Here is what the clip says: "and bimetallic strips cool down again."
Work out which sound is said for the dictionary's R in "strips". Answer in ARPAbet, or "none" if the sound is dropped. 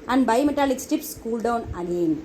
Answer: none